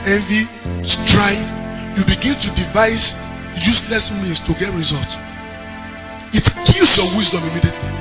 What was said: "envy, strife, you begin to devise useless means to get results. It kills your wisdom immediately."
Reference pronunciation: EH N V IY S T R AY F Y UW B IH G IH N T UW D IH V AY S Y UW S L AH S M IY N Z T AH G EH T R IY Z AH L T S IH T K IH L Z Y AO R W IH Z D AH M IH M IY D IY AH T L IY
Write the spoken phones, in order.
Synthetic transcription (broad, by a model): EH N V IY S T R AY Y UW B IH G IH N T UW D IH V AY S Y UW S L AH S M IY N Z T AH G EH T R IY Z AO L T IH T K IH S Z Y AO W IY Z D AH M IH M IY D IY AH T L IY